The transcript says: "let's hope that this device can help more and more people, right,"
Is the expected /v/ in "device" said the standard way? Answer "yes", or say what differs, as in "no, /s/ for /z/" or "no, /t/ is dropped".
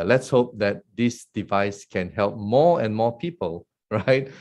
yes